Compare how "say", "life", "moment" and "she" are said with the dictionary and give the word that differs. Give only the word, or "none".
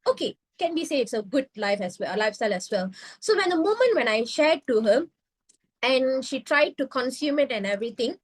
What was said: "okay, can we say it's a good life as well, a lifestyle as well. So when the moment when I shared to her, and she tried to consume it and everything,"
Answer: none